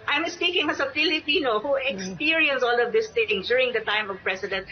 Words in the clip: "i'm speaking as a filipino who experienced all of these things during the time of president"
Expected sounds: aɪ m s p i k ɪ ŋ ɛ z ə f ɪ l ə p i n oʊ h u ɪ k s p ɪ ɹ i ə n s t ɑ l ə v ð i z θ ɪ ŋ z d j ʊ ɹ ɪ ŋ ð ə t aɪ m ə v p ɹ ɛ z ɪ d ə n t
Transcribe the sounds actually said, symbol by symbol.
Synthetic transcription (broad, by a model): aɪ m s p i k ɪ ŋ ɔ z ə p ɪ l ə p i n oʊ h u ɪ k s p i ɹ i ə n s ɑ l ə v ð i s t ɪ ŋ d j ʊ ɹ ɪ ŋ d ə t aɪ m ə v p ɹ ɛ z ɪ d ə n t